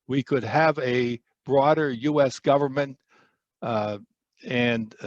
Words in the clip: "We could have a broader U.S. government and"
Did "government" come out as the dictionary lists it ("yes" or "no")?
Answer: yes